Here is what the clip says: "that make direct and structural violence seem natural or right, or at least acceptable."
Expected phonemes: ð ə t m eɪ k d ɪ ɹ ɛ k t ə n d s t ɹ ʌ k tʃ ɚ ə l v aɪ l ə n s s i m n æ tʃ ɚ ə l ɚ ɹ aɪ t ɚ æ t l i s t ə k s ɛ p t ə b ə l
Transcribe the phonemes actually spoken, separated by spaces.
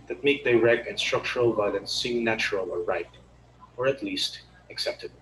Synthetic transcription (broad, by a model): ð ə t m eɪ k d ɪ ɹ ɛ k ə n s t ɹ ʌ k tʃ ɚ ə l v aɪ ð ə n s s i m n æ tʃ ɚ ə l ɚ ɹ aɪ t ɚ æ t l i s t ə k s ɛ p t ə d